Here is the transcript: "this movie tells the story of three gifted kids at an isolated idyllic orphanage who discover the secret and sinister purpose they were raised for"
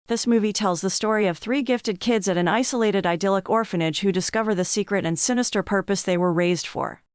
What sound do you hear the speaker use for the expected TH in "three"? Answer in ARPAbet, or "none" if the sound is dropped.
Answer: TH